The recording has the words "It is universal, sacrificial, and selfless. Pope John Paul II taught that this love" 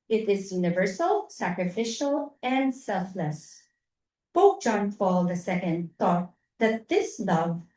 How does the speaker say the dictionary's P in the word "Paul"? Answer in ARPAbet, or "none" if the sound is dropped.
F